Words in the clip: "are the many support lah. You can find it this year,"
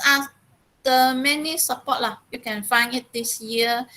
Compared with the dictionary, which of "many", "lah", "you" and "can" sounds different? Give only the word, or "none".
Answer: none